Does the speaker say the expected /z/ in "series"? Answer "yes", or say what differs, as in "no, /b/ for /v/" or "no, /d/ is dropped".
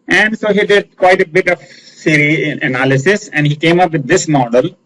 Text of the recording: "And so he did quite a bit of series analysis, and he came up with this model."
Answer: no, /z/ is dropped